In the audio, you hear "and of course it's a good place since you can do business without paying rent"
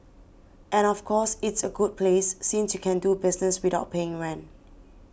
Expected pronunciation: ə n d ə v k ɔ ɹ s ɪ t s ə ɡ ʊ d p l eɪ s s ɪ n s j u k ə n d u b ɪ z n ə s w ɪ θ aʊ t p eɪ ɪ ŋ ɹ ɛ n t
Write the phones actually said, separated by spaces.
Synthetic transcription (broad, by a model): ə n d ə f k ɔ s ɪ t s ə ɡ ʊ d p l eɪ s s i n s j u k ə n d u b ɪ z n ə s w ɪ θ aʊ t p eɪ ɪ ŋ ɹ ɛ n